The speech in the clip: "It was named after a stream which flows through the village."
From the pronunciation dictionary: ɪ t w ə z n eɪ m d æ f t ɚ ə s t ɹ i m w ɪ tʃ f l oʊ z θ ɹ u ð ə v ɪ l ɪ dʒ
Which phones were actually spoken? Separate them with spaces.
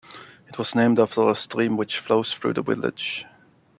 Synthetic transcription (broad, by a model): ɪ t w ə z n eɪ m d æ f t ɚ ə s t ɹ i m w ɪ tʃ f l oʊ z θ ɹ u ð ə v ɪ l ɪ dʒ